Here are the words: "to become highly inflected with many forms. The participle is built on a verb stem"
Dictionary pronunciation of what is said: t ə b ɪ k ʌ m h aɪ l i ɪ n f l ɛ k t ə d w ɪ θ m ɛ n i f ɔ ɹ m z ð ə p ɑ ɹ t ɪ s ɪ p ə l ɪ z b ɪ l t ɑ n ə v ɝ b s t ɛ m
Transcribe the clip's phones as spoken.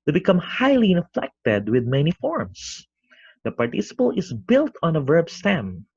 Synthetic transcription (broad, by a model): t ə b ɪ k ʌ m h aɪ l i ɪ n f l ɛ k t ə d w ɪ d m ɛ n i f ɔ ɹ m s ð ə p ɑ ɹ t ɪ s ɪ p ə l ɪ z b ɪ l t ɑ n ə v ɝ b s t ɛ m